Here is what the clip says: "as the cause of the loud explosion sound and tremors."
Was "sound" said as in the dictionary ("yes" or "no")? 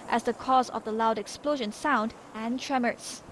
yes